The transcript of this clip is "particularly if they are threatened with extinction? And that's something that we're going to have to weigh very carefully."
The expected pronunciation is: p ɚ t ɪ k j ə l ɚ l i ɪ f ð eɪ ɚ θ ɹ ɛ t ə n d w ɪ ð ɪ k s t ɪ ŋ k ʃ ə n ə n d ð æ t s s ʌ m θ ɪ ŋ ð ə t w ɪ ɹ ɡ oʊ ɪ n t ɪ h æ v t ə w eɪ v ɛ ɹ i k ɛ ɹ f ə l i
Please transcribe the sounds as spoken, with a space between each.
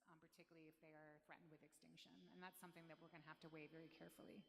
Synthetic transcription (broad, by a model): p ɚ t ɪ k j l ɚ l i ɪ f ð eɪ ɚ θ ɹ ɛ t n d w ɪ ð ɪ k s t ɪ ŋ k ʃ ə n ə n ð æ t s s ʌ m θ ɪ ŋ ð ə t w ɪ ɹ ɡ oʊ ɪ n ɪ h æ f t ə w eɪ v ɛ ɹ i k ɛ ɹ f l i